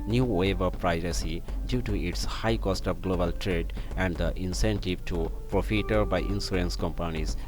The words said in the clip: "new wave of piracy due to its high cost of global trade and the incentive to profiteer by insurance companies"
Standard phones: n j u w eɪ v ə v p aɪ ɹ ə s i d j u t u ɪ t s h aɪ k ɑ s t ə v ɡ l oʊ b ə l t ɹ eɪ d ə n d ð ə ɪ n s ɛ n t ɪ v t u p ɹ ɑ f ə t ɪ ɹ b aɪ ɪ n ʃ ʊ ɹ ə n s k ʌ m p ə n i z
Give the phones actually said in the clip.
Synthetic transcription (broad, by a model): n j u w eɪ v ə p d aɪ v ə s i d j u t u ɪ t s h aɪ k ɑ s t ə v ɡ l oʊ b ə l t ɹ eɪ d ə n d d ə ɪ n s ɛ n t ɪ v t u p ɹ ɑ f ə t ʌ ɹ b aɪ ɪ n s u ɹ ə n s k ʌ m p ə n i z